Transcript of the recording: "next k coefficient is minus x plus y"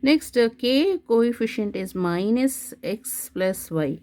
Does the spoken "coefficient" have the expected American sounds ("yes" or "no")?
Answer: yes